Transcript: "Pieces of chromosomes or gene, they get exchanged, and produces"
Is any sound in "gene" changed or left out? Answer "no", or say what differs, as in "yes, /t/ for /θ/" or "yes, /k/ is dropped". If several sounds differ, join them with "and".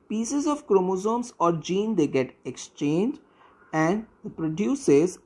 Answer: no